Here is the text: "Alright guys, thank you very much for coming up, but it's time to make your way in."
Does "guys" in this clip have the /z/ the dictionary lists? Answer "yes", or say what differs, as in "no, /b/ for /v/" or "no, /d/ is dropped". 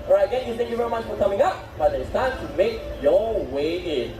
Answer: no, /z/ is dropped